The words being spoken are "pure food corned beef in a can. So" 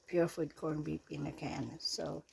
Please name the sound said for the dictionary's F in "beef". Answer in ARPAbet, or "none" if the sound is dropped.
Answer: P